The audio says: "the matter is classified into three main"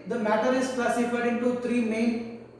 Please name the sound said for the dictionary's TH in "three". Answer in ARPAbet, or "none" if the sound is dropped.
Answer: T